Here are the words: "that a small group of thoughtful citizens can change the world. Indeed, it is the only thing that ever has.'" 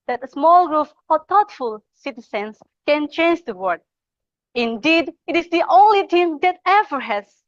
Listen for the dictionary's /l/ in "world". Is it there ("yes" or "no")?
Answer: no